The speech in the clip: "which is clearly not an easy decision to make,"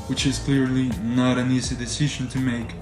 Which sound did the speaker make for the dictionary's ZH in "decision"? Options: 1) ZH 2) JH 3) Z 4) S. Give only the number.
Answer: 1